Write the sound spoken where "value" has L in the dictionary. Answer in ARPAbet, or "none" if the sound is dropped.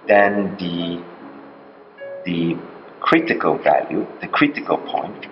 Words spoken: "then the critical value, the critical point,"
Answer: L